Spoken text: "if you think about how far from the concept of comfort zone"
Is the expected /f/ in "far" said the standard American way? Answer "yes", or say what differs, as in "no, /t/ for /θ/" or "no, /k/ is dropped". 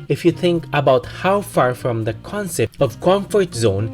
yes